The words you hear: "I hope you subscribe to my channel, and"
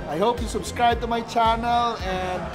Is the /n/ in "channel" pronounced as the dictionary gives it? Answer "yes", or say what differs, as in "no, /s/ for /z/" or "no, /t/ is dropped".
yes